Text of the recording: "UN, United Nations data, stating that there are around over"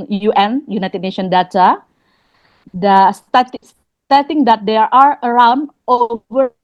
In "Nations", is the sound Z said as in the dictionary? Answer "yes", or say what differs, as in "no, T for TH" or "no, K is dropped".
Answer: no, Z is dropped